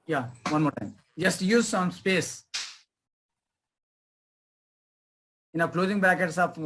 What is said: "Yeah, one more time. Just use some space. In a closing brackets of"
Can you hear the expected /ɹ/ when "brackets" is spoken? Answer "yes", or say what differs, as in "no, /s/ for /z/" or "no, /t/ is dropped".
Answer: no, /ɹ/ is dropped